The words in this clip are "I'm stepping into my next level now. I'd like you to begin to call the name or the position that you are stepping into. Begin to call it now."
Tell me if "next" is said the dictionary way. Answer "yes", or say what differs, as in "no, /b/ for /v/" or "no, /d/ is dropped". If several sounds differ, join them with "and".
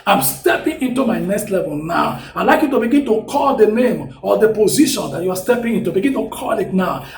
yes